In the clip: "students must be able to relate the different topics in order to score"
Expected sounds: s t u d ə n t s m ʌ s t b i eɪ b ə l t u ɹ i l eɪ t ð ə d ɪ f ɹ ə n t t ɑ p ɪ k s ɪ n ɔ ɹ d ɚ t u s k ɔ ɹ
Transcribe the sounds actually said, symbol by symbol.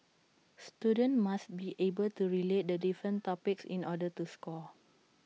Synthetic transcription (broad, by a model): s t u d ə n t m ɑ s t b i eɪ b ə l t u ɹ i l eɪ t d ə d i f ɹ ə n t t ɑ p ɪ k s ɪ n ɔ d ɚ t u s k ɔ